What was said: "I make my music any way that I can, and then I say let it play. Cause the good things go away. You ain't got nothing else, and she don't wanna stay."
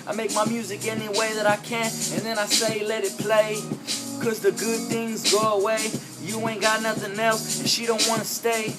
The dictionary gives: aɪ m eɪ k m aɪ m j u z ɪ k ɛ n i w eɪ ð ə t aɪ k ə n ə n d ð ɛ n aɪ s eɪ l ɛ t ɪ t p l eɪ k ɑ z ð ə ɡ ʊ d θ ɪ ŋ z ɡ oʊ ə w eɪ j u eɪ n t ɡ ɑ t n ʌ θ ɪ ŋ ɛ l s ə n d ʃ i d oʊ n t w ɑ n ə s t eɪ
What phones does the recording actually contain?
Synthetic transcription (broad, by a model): aɪ m eɪ k m aɪ m j u z ɪ k ɛ n i w eɪ ð ə t aɪ k ə n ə n ð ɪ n aɪ s eɪ l ɛ t ɪ t p l eɪ k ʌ z ð ə ɡ ʊ d θ ɪ ŋ z ɡ oʊ ə w eɪ j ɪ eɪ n ɡ ɑ t n ʌ θ ɪ ŋ ɛ l s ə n ʃ i d oʊ n t w ɑ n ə s t eɪ